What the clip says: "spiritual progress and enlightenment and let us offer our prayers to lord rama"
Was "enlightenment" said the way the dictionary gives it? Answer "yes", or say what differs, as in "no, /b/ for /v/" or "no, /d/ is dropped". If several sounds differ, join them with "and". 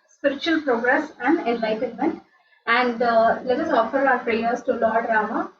yes